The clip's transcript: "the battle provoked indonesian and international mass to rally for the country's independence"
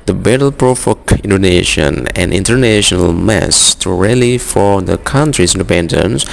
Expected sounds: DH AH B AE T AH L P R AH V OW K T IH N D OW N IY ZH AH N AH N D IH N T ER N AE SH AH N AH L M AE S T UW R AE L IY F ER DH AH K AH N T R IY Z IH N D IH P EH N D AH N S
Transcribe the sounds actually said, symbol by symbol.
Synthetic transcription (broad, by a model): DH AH B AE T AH L P R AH F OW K IH N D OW N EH SH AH N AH N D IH N T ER N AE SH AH N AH L M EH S T UW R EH L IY F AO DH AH K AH N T R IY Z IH N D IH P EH N D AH N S